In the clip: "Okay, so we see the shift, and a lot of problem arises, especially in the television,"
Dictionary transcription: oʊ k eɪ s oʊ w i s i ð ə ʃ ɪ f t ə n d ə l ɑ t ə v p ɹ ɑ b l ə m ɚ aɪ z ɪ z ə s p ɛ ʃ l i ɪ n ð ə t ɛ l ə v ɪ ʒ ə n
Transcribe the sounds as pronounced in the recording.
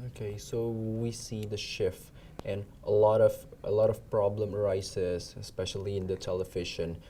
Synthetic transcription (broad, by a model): oʊ k eɪ s oʊ w i s i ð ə ʃ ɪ f t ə l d ə l ɑ t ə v p ɹ ɑ b l ə m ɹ aɪ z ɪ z ə s p ɛ ʃ l i ɪ n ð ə t ɛ l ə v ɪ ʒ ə n